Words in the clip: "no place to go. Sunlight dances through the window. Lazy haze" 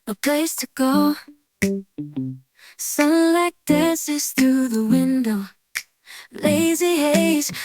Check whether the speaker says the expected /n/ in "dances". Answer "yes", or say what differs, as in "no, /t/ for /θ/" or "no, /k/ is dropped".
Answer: no, /n/ is dropped